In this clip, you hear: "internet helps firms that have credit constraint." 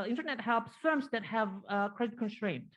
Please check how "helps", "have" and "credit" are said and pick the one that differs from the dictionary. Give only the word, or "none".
none